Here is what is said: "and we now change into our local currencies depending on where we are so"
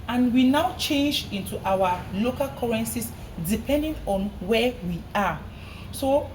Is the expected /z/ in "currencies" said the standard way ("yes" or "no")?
no